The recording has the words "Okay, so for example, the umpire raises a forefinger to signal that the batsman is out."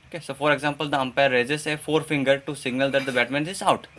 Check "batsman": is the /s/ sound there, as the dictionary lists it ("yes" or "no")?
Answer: no